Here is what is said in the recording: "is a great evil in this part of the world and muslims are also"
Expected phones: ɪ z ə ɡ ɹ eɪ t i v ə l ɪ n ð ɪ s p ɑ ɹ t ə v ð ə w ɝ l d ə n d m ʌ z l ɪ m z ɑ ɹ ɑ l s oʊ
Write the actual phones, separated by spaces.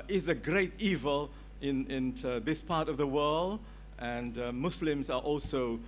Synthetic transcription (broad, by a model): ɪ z ə ɡ ɹ eɪ t i v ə l ɪ n ð ɪ s p ɑ ɹ t ə v ð ə w ɝ l d ə n d m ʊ s l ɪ m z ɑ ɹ ɑ l s oʊ